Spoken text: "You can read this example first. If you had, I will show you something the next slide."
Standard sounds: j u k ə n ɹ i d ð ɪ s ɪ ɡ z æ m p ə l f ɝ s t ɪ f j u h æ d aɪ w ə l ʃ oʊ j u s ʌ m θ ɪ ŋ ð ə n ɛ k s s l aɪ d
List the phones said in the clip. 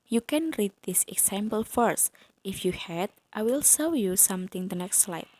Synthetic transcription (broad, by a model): j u k ə n ɹ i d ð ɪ s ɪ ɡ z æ m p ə l f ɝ s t ɪ f j u h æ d aɪ w ə l s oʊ j u s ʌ m t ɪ ŋ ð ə n ɛ k s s l aɪ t